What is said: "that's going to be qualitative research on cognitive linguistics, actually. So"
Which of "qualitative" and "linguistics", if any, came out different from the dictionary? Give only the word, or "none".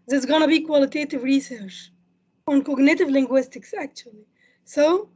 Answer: none